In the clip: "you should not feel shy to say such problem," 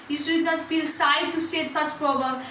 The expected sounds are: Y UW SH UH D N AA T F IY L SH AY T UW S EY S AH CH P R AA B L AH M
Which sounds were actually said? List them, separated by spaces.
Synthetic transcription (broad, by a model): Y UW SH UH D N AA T F IY L S AY T UW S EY S AH CH P R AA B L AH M